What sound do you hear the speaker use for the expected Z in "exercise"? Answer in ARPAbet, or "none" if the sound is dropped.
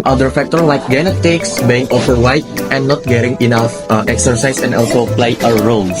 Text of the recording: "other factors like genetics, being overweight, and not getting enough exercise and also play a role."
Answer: S